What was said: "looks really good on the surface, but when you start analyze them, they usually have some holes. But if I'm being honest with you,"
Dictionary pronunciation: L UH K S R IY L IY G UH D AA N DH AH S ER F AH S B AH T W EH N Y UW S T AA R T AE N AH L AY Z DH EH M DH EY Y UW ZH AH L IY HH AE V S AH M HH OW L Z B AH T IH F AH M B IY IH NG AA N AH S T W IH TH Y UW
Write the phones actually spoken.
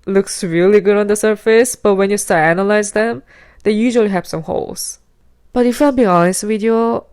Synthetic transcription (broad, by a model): L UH K S R IY L IY G UH D AA N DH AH S ER F AH S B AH T W EH N Y UW S T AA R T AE N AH L AY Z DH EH M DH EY Y UW ZH AH L IY HH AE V S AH M HH OW L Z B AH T IH F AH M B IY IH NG AA N AH S T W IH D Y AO